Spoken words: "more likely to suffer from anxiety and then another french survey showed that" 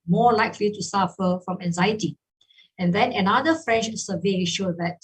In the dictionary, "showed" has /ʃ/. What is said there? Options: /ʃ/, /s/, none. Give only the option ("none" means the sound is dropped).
/ʃ/